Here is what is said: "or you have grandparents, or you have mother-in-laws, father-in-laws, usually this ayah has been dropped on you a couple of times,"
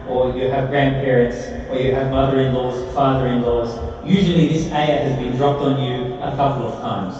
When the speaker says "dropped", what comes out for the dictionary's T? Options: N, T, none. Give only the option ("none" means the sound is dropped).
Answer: T